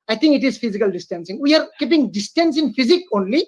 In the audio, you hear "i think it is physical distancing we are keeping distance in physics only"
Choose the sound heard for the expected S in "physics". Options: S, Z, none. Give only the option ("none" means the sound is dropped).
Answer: none